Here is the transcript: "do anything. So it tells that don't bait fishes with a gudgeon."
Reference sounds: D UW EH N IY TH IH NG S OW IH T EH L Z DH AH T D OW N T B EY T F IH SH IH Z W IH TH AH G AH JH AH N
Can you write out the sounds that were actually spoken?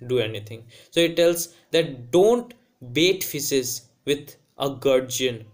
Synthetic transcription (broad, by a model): D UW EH N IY T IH NG S OW IH T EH L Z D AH T D OW N T B EY T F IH S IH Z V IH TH AH G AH JH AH N